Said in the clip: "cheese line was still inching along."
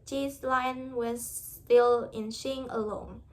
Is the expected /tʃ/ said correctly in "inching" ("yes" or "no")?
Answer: no